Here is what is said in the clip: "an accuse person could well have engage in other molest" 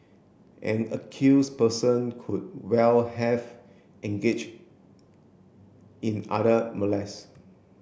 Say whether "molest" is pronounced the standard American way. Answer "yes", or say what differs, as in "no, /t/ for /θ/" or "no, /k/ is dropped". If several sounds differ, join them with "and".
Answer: no, /t/ is dropped